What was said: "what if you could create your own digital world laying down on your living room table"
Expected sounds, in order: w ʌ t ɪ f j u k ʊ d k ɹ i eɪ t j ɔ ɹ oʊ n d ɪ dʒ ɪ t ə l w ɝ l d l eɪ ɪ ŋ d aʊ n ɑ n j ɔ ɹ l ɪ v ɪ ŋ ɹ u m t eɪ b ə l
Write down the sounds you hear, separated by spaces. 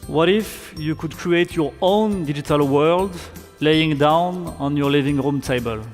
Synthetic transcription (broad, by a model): w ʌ t ɪ f j u k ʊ d k ɹ i eɪ t j ɔ ɹ oʊ n d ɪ dʒ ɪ t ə l w ɝ l d l eɪ ɪ ŋ d aʊ n ɑ n j ɔ ɹ l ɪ v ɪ ŋ ɹ u m t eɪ b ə l